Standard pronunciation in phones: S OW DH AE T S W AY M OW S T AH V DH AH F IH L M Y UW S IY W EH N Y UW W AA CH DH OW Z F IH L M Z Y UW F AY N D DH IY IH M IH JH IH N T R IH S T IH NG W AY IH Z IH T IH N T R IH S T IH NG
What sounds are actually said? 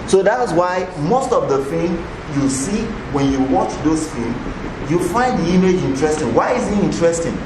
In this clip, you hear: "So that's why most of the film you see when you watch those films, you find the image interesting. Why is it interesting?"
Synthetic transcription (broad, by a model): S OW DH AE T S W AY M OW S T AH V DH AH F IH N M Y UW S IY W EH N Y UW W AA CH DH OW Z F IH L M Y UW F AY N D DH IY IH M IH JH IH N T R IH S T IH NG W AY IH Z IH T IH N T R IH S T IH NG